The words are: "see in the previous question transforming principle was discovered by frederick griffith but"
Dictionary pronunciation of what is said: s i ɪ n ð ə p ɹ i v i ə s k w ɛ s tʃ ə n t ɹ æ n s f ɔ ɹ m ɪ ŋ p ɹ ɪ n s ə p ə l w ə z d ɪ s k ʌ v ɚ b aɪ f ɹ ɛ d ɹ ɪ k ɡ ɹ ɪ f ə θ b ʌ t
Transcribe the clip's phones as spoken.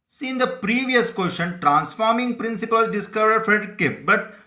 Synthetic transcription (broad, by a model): s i ɪ n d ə p ɹ i v i ə s k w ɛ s ʃ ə n t ɹ æ n s f ɔ ɹ m ɪ ŋ p ɹ ɪ n s ə p ə l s d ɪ s k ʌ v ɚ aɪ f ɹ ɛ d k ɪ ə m b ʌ t